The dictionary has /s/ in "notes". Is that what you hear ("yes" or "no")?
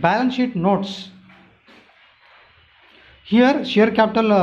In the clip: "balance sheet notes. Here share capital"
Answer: yes